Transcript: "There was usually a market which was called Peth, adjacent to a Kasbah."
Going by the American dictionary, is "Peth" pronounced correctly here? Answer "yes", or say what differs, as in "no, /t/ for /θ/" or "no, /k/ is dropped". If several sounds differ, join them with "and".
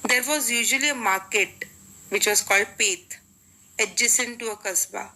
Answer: no, /t/ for /θ/